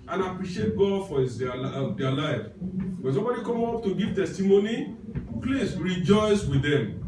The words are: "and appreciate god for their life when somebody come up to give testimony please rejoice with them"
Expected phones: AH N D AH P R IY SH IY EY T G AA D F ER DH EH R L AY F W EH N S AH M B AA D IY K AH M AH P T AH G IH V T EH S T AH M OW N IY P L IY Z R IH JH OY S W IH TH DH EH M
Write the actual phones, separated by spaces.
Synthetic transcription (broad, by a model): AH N AH P R IY SH IY EY T G AA D F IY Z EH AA L AY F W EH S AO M B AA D IY K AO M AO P T AH G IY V T EH S T AH M OW N IY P L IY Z R IH JH OY S W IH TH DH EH M